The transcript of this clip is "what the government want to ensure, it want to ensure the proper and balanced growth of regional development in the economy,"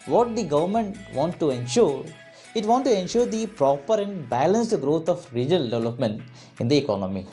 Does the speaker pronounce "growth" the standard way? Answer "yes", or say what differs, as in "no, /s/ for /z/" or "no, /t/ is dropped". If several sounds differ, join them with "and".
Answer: no, /t/ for /θ/